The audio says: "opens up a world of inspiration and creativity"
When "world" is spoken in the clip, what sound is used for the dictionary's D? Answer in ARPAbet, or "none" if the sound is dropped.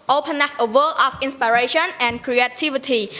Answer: none